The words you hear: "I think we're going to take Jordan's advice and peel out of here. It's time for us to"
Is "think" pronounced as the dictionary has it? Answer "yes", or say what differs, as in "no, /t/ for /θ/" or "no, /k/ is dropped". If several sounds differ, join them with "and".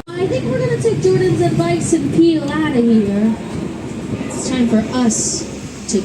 yes